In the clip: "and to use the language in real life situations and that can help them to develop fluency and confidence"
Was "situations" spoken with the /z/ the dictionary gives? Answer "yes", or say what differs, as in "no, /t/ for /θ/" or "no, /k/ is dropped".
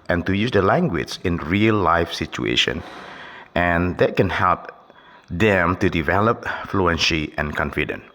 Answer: no, /z/ is dropped